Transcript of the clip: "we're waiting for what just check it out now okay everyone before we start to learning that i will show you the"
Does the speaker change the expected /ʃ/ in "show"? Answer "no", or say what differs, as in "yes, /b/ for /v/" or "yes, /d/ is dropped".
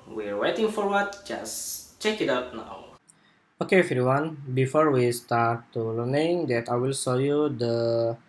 yes, /s/ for /ʃ/